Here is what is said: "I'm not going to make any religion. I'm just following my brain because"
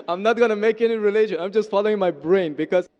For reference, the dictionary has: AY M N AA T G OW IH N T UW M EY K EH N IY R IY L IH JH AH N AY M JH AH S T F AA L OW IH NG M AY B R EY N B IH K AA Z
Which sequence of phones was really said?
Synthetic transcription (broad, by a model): AY M N AA T G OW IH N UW M EY K EH N IY R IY L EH SH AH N AY M JH AH S T F AA L OW IH NG M AY B R EY N B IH K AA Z